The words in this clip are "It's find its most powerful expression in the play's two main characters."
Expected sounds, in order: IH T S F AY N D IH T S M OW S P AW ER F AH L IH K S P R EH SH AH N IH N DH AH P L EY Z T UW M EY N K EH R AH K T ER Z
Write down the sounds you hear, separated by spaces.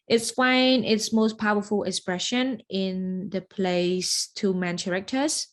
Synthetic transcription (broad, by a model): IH T S F AY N IH T S M OW S P AW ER F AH L IH K S P R EH SH AH N IH N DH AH P L EY S T UW M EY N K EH R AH K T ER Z